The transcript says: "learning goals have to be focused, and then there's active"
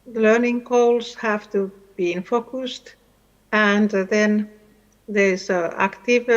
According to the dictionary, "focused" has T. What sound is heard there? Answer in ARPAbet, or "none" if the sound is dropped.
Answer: T